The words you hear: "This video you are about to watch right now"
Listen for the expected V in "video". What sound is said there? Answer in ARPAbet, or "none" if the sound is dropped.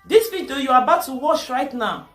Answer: P